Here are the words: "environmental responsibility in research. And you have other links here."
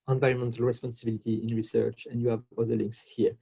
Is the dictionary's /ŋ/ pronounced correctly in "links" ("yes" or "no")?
yes